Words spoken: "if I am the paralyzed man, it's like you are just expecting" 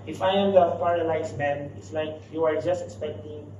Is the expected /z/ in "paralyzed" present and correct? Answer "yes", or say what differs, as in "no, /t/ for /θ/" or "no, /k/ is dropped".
no, /s/ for /z/